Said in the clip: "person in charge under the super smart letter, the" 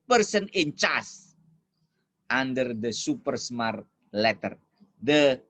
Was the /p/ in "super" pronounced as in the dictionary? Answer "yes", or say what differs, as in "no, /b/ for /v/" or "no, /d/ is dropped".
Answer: yes